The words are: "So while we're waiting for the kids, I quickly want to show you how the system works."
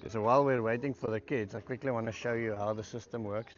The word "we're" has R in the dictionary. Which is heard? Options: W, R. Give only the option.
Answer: R